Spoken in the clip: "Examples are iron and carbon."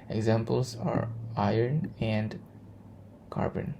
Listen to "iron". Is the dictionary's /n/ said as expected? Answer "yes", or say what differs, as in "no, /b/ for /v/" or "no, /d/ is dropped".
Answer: yes